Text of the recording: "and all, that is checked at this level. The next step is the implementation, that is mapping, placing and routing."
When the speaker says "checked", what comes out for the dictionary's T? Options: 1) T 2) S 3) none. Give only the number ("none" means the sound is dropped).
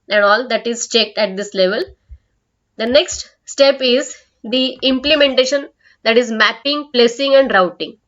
1